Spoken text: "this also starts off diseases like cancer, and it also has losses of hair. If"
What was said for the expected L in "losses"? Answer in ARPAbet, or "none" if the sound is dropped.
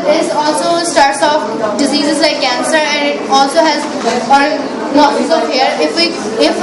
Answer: N